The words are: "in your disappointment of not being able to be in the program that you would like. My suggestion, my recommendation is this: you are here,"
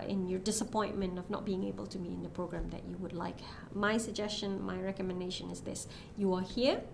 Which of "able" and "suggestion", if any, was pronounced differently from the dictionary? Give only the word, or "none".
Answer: none